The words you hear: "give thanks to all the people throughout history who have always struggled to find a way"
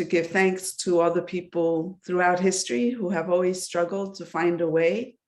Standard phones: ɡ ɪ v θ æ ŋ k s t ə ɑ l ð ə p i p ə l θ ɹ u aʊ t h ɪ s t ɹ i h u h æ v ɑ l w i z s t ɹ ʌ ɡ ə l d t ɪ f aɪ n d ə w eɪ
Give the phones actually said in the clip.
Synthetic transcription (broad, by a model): ɡ ɪ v θ æ ŋ k s t ə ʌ ð ə p i p l θ ɹ u aʊ t h ɪ s t ɹ i h u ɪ v ɑ l w i z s t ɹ ʌ ɡ l d t ɪ f aɪ n d ə w eɪ